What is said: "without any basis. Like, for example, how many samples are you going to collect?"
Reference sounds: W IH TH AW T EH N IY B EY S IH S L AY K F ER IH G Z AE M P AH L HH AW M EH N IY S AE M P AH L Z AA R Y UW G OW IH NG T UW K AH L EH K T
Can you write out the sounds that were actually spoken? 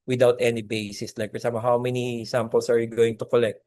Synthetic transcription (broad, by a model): W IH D AW T EH N IY B EY S IH S L AY K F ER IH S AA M AH HH AW M EH N IY S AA M P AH L S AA R Y UW G OW IH NG T UW K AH L EH K T